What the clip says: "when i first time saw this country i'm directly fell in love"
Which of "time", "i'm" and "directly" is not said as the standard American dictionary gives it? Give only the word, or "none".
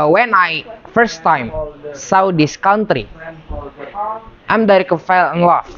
directly